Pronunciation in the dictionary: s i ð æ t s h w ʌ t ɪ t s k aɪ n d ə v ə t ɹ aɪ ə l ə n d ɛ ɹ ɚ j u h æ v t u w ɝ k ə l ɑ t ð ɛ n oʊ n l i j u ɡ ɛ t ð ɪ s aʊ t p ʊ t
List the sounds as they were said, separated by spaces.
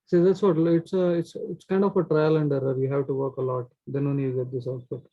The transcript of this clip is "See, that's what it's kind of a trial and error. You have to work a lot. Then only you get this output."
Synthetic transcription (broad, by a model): s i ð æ t s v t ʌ t ɪ t s k aɪ n d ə f ə t ɹ aɪ ə l ə n d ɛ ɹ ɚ j u h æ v t u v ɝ k ə l ɑ t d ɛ n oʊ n i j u ɡ ɛ t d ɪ s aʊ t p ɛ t